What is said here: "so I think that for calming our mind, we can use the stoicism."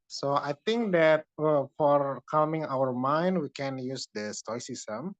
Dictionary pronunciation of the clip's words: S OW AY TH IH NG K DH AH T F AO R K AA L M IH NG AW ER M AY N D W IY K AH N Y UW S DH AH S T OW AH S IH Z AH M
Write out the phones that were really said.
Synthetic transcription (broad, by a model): S OW AY T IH NG K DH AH T F AO R K AA L M IH NG AW ER M AY N D W IY K AH N Y UW S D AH S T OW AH S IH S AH M